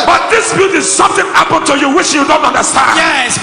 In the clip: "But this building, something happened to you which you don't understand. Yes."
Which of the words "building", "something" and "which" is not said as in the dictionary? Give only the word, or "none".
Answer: building